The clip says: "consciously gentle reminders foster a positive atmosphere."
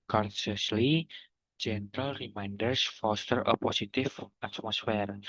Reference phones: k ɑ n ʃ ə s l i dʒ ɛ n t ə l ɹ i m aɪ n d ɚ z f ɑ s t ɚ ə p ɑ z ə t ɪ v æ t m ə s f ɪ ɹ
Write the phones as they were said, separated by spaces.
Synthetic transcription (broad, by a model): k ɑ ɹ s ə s l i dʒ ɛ n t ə l ɹ i m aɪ n d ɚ s f ɑ s t ɚ ə p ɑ s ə t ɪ f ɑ t m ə s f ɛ ɹ